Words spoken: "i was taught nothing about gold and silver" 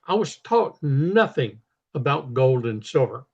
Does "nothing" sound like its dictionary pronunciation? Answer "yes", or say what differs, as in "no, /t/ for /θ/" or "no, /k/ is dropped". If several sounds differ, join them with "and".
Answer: yes